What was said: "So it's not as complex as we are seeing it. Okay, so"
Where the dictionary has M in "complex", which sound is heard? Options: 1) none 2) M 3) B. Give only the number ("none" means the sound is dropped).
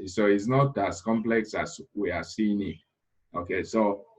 2